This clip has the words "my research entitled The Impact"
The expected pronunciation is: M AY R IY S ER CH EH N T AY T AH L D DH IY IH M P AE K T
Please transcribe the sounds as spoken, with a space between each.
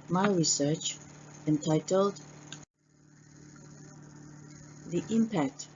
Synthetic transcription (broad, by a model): M AY R IY S ER CH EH N T AY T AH L D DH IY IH M P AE K T